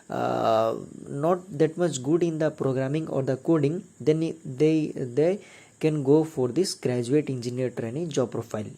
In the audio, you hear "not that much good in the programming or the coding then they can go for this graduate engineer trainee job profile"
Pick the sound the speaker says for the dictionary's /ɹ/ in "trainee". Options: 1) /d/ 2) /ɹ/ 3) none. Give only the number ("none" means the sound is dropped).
2